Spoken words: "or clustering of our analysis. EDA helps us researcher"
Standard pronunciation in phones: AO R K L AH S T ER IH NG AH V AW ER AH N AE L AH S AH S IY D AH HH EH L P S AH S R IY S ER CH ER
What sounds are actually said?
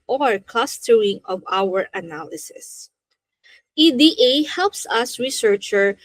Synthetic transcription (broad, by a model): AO R K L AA S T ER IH NG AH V AW ER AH N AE L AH S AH S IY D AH HH EH L P S AH S R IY S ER CH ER